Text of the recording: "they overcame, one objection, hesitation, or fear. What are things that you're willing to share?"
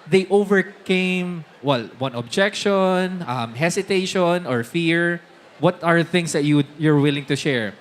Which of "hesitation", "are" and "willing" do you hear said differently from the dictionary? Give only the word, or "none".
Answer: hesitation